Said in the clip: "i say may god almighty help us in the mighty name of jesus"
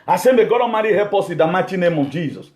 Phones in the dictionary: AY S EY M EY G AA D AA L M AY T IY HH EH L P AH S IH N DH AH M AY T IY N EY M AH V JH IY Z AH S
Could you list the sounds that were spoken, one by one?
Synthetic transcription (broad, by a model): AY S EY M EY G AA D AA M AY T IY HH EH P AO S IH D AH M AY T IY N EY M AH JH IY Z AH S